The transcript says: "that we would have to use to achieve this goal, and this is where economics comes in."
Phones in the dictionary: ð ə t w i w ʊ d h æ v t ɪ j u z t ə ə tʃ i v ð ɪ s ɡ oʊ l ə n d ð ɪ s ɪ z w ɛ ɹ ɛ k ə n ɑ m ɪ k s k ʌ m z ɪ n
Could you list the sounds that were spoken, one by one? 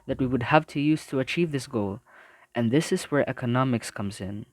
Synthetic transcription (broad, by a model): ð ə t w i w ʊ d h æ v t ɪ j u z t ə ə tʃ i v ð ɪ s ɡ oʊ l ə n ð ɪ s ɪ z w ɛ ɹ ɛ k ə n ɑ m ɪ k s k ʌ m z ɪ n